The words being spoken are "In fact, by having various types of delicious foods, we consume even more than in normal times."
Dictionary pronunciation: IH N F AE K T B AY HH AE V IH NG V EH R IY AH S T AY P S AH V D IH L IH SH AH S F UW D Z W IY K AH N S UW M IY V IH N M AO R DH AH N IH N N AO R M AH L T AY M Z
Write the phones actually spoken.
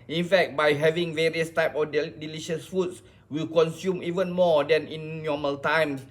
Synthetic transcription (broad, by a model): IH N F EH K T B AY HH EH V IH NG V EH R IY AH S T AY P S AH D D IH L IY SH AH S F UW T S W IY K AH N S UW M IY V IH N M AO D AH N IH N N AO M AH L T AY M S